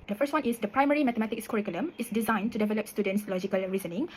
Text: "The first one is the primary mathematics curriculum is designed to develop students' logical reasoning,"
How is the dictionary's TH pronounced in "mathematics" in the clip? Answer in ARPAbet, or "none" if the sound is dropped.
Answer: T